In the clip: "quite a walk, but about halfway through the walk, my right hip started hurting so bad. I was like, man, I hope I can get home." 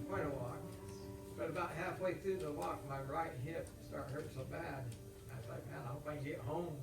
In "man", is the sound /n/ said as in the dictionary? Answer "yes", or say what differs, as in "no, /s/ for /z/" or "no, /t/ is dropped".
no, /n/ is dropped